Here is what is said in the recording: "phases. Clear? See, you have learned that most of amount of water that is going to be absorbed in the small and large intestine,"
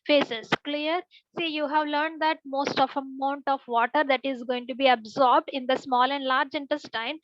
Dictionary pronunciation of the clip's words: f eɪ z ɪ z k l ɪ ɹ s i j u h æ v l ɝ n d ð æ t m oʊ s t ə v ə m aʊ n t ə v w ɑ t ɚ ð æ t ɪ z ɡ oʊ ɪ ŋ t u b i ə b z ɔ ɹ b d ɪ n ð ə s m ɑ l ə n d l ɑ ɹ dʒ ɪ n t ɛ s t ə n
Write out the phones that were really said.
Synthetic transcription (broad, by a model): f eɪ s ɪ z k l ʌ ɹ s i j u h æ v l ɝ n d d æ t m oʊ s t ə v ə m aʊ n t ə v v ɑ t ɚ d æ t ɪ z ɡ oʊ ɪ ŋ t u b i ə b z ɔ ɹ b d ɪ n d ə s m ɑ l ə n d l ɑ ɹ dʒ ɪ n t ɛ s t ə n